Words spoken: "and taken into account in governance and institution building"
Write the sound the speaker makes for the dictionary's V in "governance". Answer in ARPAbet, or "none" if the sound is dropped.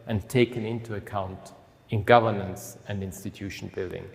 V